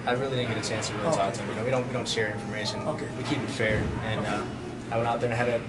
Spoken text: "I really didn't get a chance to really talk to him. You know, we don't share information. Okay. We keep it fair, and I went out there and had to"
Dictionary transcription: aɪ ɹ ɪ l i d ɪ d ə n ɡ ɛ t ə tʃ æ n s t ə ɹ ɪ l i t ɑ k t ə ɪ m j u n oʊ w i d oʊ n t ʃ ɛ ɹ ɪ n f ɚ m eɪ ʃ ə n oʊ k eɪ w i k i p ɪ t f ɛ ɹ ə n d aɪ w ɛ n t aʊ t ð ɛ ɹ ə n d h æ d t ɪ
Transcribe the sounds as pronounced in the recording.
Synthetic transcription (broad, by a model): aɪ ɹ ɪ l i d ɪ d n ɡ ɛ t ə tʃ æ n s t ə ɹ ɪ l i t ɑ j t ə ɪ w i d oʊ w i d oʊ n t ʃ ɛ ɹ ɪ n f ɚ m eɪ ʃ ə n oʊ k eɪ w i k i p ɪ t f ɛ ɹ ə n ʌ aɪ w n aʊ t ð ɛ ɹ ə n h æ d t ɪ